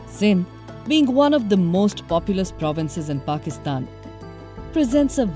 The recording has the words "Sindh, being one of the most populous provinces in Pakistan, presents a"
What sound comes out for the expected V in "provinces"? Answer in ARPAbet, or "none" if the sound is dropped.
V